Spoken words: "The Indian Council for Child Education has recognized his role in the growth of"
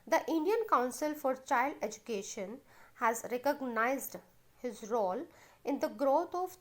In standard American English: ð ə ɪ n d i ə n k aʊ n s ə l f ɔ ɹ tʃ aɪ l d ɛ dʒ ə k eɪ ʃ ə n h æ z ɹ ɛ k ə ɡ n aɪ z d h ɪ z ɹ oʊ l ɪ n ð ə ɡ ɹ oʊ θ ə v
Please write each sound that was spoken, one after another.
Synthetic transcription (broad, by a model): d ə ɪ n d i ə n k aʊ n s ə l f ɔ ɹ tʃ aɪ l d ɛ dʒ ə k eɪ ʃ ə n h æ z ɹ ɛ k ə ɡ n aɪ z d h ɪ z ɹ oʊ l ɪ n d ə ɡ ɹ oʊ t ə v